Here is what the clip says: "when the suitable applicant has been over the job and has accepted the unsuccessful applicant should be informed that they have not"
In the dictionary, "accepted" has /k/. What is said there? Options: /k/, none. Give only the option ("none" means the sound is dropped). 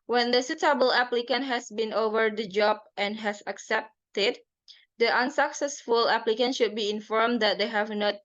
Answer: /k/